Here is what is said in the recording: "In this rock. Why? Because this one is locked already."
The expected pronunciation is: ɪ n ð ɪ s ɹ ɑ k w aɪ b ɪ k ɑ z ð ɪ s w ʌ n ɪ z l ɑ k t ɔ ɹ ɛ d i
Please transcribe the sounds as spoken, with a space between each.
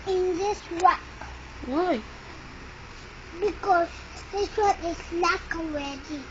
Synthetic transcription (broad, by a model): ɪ n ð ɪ s w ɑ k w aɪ b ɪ k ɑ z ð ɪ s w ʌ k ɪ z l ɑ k ɔ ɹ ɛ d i